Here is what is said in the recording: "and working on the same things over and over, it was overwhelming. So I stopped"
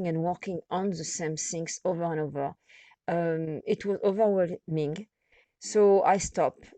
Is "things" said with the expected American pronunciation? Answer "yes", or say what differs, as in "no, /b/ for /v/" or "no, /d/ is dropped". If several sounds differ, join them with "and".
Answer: no, /s/ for /θ/ and /s/ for /z/